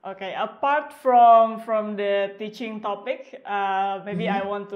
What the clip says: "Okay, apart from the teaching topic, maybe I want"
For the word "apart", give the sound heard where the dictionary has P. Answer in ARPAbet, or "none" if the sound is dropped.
P